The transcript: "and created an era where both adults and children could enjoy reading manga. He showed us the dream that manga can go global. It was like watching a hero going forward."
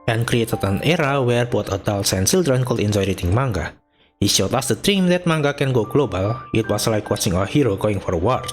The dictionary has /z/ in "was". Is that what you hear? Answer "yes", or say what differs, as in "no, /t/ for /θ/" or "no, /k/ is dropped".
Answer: no, /s/ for /z/